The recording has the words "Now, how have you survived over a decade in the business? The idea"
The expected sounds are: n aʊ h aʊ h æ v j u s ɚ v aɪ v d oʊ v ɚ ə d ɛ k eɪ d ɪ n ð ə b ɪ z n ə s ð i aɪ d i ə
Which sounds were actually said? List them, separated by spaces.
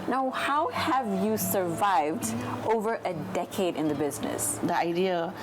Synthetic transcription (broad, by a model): n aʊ h aʊ h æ v j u s ɚ v aɪ v d oʊ v ɚ ə d ɛ k eɪ d ɪ n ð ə b ɪ z n ə s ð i aɪ d i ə